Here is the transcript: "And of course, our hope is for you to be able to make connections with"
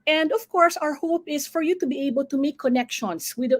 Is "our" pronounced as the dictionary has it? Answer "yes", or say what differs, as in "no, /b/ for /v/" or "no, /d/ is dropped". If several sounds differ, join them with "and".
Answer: yes